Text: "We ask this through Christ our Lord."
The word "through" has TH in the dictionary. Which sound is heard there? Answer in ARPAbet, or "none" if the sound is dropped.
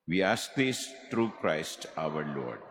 T